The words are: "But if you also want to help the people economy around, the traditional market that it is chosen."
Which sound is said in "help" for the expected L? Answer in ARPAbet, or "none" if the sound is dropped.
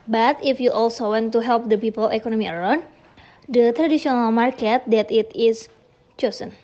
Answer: L